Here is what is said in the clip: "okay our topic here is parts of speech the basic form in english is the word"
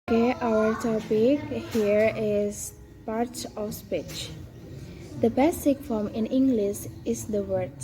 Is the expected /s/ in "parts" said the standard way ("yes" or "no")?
no